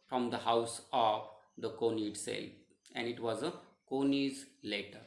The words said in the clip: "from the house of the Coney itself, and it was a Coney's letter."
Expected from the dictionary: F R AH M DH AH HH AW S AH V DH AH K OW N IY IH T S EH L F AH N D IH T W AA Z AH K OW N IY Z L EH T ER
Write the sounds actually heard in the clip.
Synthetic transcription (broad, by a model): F R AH M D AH HH AW S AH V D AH K OW N IY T S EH L AH N D IH T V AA Z AH K OW N IY Z L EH T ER